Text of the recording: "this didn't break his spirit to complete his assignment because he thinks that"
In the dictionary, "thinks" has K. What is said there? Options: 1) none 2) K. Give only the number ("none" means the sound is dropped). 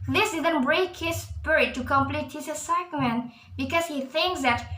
2